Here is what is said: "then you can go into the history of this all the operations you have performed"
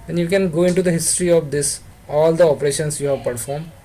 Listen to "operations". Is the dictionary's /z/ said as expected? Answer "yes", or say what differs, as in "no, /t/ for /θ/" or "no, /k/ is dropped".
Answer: no, /s/ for /z/